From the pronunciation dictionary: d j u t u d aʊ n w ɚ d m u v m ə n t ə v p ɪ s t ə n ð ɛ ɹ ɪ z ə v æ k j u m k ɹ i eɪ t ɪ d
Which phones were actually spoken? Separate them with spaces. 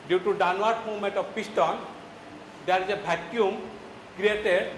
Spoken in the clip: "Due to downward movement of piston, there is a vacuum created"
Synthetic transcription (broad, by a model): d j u t u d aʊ n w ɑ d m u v m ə n t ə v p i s t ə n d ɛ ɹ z ə b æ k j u m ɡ ɹ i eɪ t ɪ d